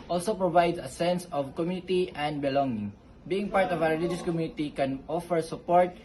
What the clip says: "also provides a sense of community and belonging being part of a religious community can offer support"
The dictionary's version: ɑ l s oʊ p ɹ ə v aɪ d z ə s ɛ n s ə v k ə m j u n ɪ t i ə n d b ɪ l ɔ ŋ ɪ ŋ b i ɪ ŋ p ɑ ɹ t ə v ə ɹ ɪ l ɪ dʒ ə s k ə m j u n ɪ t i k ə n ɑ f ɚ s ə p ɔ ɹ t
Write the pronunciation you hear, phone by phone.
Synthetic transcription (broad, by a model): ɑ l s oʊ p ɹ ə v aɪ d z ə s ɛ n s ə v k ə m j u n ɪ t i ə n d b ɪ l ɔ ŋ ɪ ŋ b i ɪ ŋ p ɑ ɹ t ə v ə w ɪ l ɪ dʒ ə s k ə m j u n ɪ t i k ə n ɑ f ɚ s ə p ɔ ɹ t